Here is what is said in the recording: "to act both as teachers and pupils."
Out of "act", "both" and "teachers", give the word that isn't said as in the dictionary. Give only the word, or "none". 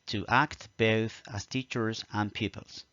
none